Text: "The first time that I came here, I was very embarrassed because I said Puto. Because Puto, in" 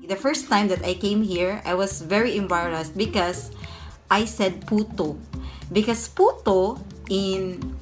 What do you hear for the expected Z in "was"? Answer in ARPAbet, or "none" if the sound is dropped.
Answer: S